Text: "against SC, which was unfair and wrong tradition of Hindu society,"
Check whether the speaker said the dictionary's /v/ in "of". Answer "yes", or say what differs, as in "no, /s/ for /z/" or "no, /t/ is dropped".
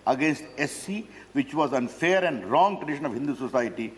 yes